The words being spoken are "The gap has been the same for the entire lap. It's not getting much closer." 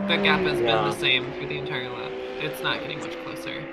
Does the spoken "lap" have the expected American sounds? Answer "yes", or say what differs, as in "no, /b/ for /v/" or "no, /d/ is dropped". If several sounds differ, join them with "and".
no, /f/ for /p/